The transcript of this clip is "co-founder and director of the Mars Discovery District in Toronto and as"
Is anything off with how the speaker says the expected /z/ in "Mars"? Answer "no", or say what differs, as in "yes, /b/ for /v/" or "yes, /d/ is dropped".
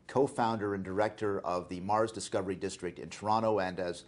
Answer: no